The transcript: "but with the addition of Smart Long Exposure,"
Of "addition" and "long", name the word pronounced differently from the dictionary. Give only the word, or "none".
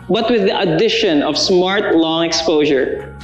none